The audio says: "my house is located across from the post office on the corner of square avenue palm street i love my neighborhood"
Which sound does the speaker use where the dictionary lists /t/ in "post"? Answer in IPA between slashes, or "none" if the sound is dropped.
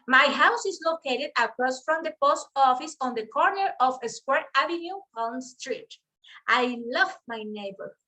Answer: /t/